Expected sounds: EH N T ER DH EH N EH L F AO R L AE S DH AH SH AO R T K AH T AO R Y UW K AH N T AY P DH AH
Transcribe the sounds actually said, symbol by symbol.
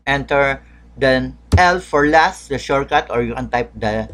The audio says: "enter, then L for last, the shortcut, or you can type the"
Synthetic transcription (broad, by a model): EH N T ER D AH EH L F AO R L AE S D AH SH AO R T K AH T AO R Y UW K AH N T AY P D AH